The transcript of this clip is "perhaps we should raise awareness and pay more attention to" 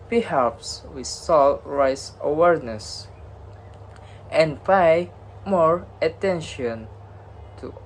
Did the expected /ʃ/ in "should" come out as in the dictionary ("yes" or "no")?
no